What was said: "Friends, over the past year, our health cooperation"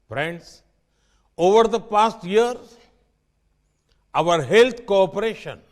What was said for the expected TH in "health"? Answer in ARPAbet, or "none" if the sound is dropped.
T